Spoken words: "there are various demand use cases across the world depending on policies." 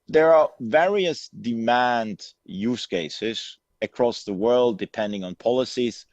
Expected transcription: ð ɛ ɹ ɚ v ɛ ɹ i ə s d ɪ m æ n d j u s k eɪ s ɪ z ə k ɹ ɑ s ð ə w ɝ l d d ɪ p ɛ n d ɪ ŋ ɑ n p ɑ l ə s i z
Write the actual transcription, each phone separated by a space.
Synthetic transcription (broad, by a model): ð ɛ ɹ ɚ v ɛ ɹ i ə s d ɪ m æ n d j u s k eɪ s ɪ z ə k ɹ ɑ s ð ə w ɝ l d d ɪ p ɛ n d ɪ ŋ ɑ n p ɑ l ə s i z